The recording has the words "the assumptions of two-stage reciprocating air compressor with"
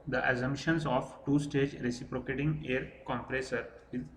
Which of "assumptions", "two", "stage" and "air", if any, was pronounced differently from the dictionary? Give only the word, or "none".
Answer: assumptions